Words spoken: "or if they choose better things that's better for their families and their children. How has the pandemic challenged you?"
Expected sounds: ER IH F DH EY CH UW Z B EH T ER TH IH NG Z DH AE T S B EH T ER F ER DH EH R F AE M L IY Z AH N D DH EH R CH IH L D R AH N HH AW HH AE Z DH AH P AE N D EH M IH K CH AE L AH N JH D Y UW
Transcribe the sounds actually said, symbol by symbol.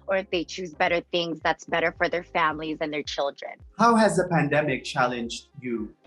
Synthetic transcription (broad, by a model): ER IH F DH EY CH UW Z B EH T ER TH IH NG Z DH AE T S B EH T ER F ER DH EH R F AE M L IY Z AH N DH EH R CH IH L D R AH N HH AW HH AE Z DH AH P AE N D EH M IH K CH AE L AH N JH D Y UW